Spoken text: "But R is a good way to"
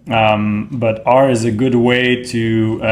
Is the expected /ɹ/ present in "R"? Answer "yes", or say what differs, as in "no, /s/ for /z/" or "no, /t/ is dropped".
yes